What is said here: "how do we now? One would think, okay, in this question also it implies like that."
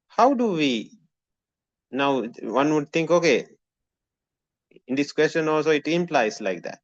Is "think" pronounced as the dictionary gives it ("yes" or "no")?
no